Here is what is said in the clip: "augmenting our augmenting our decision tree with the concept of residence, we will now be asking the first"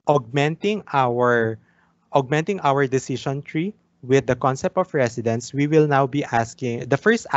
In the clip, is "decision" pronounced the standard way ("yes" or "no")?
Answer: no